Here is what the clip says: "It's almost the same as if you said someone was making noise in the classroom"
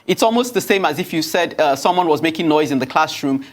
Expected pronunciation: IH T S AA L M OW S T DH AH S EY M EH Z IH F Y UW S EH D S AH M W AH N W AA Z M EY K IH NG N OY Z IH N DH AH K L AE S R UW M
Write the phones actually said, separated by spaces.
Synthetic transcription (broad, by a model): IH T S AA L M OW S T DH AH S EY M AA Z IH F Y UW S EH D S AH M W AH N W AA Z M EY K IH NG N OY Z IH N DH AH K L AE S R UW M